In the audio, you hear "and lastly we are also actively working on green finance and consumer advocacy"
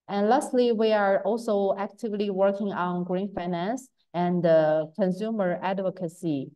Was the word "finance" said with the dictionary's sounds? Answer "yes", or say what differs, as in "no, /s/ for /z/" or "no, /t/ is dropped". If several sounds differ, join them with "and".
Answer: yes